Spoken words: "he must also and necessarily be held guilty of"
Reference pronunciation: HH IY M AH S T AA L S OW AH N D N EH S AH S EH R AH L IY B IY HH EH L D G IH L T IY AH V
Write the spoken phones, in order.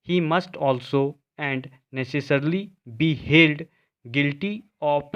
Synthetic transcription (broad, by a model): HH IY M AH S T AA L S OW AH N D N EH S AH S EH R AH L IY B IY HH EH L D G IH L T IY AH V